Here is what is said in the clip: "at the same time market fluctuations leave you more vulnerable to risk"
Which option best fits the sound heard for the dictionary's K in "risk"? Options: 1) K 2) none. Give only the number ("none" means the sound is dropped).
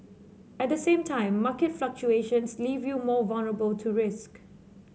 1